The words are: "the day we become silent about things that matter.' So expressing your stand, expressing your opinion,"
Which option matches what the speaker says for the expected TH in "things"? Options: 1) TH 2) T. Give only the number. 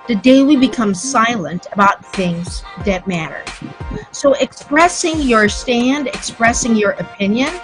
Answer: 1